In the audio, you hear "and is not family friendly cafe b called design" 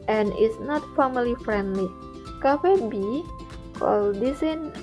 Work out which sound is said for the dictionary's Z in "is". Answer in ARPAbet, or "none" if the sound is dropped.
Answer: S